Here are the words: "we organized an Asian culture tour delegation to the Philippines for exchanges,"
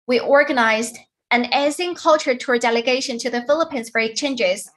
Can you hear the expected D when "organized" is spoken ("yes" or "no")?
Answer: yes